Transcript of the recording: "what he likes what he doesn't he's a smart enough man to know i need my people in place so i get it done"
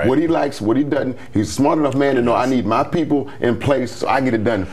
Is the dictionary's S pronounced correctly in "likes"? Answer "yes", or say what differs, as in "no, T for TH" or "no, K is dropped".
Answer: yes